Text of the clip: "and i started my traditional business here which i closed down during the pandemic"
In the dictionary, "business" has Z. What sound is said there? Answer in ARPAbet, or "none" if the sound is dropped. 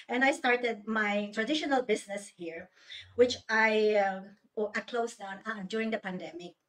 S